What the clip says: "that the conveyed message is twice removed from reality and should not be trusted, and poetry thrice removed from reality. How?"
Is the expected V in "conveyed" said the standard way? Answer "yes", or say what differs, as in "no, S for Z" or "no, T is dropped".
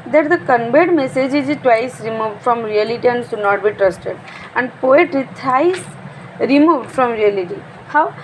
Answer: no, B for V